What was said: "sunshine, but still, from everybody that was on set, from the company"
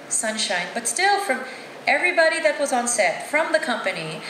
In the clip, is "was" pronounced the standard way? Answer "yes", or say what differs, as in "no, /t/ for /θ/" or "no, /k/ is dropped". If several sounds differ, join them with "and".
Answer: yes